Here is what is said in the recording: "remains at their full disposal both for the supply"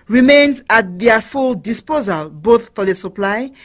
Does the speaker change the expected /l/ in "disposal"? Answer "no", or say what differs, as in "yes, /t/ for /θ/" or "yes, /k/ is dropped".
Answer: no